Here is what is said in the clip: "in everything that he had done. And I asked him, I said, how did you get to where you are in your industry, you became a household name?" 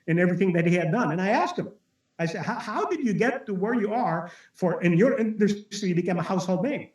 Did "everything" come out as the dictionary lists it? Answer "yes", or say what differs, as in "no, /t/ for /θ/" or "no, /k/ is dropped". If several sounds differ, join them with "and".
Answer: yes